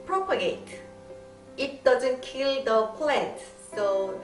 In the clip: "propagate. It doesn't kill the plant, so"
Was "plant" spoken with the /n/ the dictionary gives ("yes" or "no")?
no